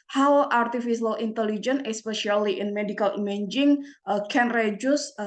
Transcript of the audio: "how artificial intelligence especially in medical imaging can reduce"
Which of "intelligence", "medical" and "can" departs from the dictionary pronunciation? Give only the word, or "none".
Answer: intelligence